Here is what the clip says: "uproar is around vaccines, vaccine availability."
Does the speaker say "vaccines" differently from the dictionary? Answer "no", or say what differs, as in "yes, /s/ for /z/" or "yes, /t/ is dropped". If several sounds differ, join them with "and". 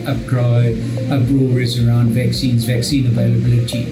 no